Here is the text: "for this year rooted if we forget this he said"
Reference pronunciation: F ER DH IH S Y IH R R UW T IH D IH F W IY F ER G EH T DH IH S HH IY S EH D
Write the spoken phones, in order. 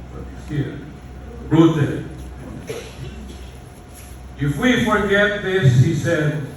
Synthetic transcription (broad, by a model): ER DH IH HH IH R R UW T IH IH F W IY F ER G EH T DH IH S HH IY S EH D